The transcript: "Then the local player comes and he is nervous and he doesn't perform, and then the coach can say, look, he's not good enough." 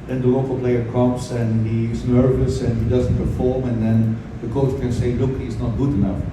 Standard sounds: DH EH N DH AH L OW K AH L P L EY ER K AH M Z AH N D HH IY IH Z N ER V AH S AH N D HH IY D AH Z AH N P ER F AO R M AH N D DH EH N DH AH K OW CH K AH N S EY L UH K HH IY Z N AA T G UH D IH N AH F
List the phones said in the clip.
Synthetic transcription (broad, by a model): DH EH N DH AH L OW K AH L P L EY ER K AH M S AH N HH IY IH Z N ER V AH S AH N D HH IY D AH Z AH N P ER F AO R M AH N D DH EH N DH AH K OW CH K AH N S EY L UH K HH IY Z N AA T G UH D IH N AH F